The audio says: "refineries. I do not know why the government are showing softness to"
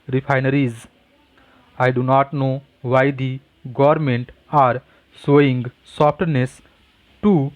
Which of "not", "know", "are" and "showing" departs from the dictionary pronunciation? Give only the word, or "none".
showing